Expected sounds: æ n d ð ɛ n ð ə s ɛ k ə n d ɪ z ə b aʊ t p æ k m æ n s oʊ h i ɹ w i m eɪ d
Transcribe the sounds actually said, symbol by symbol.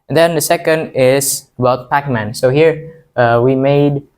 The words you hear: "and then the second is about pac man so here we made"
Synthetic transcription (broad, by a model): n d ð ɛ n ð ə s ɛ k ə n d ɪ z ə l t p æ k m æ n s oʊ h i ɹ w i m eɪ d